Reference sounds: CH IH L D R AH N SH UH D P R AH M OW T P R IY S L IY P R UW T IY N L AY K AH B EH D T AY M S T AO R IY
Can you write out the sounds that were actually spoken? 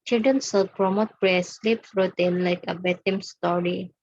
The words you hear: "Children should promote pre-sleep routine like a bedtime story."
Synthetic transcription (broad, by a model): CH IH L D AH N S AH P R AH M OW T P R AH S L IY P R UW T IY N L AY K AH B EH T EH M S T AO R IY